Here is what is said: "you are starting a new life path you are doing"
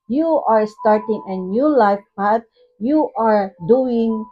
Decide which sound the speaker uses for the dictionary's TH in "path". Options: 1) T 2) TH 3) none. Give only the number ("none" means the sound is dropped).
1